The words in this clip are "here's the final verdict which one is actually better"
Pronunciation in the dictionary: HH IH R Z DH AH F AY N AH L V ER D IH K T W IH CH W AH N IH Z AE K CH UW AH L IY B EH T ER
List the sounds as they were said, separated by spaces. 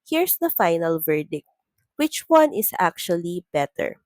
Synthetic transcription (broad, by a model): HH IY R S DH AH F AY N AH L V ER D IH K T W IH CH W AH N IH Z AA K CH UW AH L IY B EH T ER